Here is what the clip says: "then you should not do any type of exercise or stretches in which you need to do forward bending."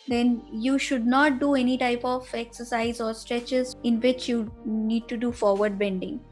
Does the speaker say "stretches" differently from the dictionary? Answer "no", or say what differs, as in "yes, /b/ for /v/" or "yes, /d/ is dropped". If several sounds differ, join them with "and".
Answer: no